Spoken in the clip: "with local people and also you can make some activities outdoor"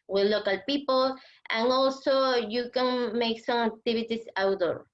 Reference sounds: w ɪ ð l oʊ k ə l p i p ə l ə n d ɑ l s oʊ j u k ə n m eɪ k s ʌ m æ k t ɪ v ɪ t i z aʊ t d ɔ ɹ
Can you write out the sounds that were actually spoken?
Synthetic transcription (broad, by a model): w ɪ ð l oʊ k ə l p i p ə l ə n ɑ l s oʊ j u k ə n m eɪ k s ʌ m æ k t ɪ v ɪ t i s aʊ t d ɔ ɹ